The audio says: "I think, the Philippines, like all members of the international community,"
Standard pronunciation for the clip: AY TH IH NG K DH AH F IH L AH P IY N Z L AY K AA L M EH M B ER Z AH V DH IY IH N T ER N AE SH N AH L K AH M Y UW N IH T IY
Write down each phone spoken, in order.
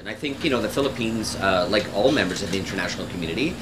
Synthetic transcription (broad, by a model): AY TH IH NG K DH AH F IH L AH P IY N Z L AY K AA L M EH M B ER Z AH V DH IY IH N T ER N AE SH N L K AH M Y UW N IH T IY